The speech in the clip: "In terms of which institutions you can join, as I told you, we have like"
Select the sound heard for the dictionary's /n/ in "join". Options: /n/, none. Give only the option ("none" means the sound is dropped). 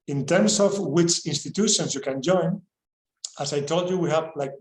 /n/